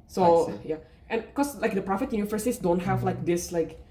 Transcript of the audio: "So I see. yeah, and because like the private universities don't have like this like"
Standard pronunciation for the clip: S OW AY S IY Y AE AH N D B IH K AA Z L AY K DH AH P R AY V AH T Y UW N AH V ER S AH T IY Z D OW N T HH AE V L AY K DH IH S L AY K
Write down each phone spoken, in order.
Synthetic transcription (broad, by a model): S OW Y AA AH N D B K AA S L AY K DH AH P R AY F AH T Y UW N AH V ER S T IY S D OW N T HH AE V L AY K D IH S L AY K